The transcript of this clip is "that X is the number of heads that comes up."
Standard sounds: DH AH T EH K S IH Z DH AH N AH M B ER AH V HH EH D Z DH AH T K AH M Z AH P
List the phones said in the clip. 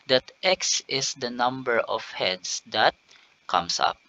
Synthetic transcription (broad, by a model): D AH T EH K S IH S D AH N AH M B ER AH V HH EH D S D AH T K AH M S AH P